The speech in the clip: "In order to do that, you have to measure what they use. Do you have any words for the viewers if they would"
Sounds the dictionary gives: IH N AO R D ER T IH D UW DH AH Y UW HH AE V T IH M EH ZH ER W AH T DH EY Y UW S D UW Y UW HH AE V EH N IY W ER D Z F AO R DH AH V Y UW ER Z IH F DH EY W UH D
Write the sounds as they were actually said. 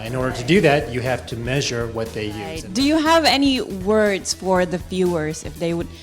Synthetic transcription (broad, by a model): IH N AO R D ER T IH D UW DH AH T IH HH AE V T IH M EH ZH ER W AH T DH EY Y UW D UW Y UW HH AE V EH N IY W ER D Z F AO R DH AH F Y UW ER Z IH F DH EY W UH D